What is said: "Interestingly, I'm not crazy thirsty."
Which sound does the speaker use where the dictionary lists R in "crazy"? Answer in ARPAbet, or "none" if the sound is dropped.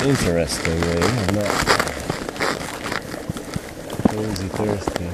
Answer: none